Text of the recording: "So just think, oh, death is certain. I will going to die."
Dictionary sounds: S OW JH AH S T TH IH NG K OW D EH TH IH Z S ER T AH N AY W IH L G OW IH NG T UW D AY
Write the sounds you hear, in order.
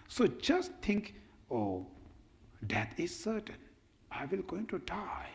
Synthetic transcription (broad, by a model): S OW JH AH S T T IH NG K OW D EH T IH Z S ER T AH N AY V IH L G OW IH NG T UW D AY